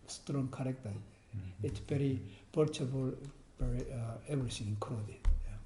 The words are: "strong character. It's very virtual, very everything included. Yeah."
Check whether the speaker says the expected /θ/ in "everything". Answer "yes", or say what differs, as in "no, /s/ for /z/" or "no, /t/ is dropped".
no, /s/ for /θ/